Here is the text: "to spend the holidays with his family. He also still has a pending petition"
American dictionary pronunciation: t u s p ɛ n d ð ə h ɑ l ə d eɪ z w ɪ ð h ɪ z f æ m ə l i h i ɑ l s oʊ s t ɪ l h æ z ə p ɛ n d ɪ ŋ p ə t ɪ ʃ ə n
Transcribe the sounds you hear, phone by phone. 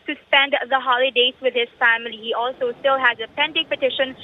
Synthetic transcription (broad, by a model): t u s p ɛ n d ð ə h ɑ l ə d eɪ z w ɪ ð h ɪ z f æ m ə l i h i ɑ l s oʊ s t ɪ l h æ z ə p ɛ n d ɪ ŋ p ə t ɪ ʃ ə n